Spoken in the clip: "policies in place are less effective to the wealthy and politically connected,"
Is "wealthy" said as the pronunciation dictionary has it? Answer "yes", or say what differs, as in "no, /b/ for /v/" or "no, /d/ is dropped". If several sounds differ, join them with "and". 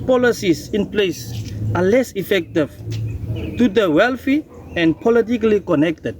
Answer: no, /f/ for /θ/